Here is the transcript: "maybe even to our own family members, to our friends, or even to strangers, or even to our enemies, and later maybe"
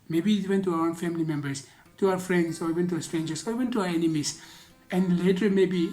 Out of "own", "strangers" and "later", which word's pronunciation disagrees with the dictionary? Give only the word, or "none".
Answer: strangers